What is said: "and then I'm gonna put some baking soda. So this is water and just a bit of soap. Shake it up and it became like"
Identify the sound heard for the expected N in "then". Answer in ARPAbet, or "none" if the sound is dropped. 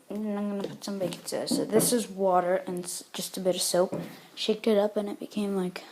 none